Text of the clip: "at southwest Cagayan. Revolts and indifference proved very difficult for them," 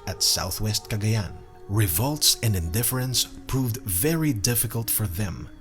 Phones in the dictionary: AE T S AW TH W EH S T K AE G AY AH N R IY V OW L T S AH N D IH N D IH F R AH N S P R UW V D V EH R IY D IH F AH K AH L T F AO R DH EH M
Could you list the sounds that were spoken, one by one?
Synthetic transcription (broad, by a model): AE T S AW TH W EH S T K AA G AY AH N R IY V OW L T S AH N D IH N D IH F R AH N S P R UW V D V EH R IY D IH F AH K AH L T F AO R DH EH M